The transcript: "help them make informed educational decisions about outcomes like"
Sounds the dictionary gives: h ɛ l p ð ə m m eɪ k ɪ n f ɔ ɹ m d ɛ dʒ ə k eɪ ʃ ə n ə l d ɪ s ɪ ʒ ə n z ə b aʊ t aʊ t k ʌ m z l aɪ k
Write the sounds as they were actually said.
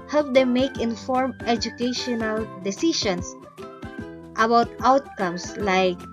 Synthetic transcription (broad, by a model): h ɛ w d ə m m eɪ k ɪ n f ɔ ɹ m ɛ dʒ ə k eɪ ʃ ə n ə l d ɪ s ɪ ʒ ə n s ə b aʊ t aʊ t k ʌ m s l aɪ k